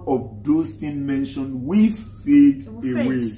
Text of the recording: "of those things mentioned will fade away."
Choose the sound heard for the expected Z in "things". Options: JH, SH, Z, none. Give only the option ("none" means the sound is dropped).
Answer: none